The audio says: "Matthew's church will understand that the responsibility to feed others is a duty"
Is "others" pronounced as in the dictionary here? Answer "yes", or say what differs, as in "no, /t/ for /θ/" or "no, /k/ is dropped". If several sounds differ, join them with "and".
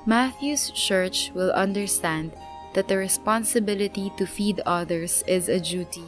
no, /s/ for /z/